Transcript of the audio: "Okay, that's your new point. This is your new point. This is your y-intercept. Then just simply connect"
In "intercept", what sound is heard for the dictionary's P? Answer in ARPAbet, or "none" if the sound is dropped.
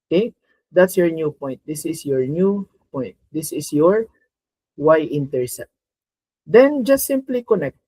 none